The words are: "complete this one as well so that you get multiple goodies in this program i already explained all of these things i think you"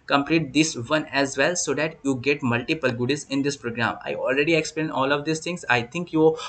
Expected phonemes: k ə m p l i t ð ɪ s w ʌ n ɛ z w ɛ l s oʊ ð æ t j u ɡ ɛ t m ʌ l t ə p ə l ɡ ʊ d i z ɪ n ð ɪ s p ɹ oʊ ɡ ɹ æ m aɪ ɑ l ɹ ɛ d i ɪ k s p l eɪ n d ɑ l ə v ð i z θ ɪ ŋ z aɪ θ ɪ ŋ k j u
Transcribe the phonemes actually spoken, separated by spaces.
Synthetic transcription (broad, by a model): k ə m p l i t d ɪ s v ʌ n ɛ z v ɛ l s oʊ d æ t j u ɡ ɛ t m ʌ l t ə p ə l ɡ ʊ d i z ɪ n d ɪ s p ɹ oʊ ɡ ɹ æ m aɪ ɑ l ɹ ɛ d i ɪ k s p l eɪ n ɑ l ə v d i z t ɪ ŋ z aɪ t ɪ ŋ k j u